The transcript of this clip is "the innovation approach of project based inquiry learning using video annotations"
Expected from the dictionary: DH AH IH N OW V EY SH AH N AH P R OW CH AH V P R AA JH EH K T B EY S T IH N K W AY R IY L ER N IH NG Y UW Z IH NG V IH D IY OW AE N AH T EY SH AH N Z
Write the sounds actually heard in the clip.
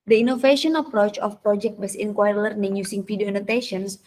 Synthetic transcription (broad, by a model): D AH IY N OW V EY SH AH N AH P R OW CH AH F P R AA JH EH K T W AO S IH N K W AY IY L ER N IH NG Y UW S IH NG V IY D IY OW N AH T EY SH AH N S